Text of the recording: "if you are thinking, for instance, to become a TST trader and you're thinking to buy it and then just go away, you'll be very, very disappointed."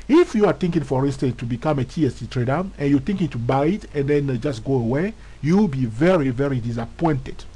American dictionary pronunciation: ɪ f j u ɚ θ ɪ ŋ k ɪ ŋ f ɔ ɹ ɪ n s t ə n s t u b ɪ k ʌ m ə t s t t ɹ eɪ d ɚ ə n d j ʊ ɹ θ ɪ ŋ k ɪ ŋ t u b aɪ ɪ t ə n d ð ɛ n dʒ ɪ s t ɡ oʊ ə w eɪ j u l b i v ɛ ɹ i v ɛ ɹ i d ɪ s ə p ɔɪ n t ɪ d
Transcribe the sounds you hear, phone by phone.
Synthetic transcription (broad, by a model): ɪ f j u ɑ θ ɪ ŋ k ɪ ŋ f ɔ ɹ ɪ n s t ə n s t u b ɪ k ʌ m ə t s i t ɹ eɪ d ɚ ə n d j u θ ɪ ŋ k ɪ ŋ t u b aɪ ɪ t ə n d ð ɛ n dʒ ɪ s t ɡ oʊ ə w eɪ j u w b i v ɛ ɹ i v ɛ ɹ i d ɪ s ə p ɔɪ n t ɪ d